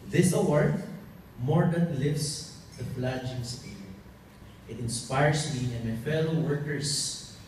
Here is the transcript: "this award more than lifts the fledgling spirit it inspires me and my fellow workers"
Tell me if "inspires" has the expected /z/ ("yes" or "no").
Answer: no